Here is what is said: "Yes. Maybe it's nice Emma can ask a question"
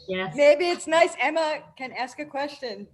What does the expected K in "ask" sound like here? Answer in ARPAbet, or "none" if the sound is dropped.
K